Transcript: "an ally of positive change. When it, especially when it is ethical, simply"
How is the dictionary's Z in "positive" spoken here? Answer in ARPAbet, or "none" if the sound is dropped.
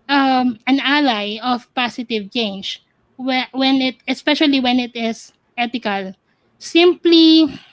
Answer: S